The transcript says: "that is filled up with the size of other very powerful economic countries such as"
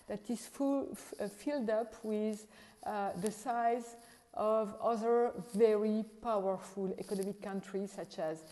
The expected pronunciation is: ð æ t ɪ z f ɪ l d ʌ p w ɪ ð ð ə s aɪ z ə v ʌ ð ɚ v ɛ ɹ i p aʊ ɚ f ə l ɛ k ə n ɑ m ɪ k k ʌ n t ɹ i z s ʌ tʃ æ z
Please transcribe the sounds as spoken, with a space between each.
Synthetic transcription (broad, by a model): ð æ t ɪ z f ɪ l d ʌ p w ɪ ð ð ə s aɪ z ə v ʌ ð ɚ v ɛ ɹ i p aʊ ɚ f ə l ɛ k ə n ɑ m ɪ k k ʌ n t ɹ i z s ʌ tʃ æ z